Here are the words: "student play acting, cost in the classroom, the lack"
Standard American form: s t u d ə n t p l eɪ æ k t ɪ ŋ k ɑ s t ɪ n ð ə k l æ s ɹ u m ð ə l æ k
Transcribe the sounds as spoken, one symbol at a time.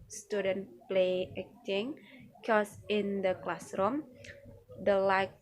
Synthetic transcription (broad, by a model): s t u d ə n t p l eɪ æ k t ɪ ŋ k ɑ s ɪ n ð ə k l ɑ s ɹ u m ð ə l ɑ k